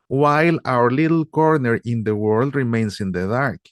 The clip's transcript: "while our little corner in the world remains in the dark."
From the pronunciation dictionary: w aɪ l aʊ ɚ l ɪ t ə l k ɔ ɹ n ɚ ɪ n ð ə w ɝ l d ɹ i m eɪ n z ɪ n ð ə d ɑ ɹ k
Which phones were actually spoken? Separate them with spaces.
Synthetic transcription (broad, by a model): w aɪ l aʊ ɚ l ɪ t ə l k ɔ ɹ n ɚ ɪ n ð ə w ɝ l d ɹ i m eɪ n s ɪ n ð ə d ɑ ɹ k